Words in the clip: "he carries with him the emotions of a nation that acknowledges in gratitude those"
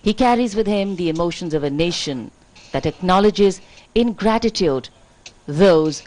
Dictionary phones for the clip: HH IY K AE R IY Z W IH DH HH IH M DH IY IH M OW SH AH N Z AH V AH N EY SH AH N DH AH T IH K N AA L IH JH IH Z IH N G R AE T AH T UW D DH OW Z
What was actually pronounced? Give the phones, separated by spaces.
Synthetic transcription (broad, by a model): HH IY K AE R IY Z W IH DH HH IH M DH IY IH M OW SH AH N Z AH V AH N EY SH AH N DH AH T IH K N AA L IH JH IH Z IH N G R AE T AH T UW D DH OW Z